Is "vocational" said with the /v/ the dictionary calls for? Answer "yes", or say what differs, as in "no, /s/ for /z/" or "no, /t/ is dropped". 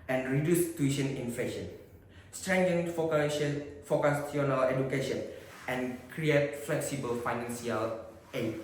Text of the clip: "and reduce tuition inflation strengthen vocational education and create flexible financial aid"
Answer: no, /f/ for /v/